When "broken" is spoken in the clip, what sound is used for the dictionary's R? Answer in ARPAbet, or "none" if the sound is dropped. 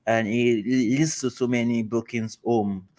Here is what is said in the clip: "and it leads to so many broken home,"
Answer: none